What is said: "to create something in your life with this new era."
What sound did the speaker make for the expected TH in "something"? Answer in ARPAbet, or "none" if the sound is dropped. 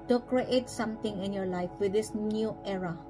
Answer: T